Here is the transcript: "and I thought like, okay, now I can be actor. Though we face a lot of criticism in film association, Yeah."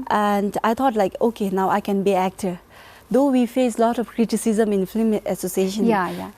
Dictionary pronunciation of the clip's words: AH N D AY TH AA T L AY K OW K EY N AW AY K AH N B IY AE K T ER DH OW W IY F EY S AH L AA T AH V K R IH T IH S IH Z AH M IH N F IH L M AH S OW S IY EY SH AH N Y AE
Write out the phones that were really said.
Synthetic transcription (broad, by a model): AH N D AY T AA T L AY K OW K EY N AW AY K AH N B IY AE K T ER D OW W IY F EY S L AA T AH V K R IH T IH S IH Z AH M IH N F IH M AH S OW S IY EY SH AH N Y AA